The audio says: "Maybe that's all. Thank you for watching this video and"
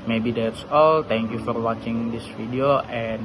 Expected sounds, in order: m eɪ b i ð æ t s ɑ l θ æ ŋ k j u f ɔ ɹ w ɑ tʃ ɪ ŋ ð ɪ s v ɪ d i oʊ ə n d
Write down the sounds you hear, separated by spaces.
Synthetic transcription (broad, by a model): m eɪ b i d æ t s ɑ l t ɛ ŋ k j u f ɔ ɹ w ɑ tʃ ɪ ŋ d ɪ s f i d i oʊ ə n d